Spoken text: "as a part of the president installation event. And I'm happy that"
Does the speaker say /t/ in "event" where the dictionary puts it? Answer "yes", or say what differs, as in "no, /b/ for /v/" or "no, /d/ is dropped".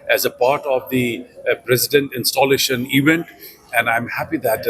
yes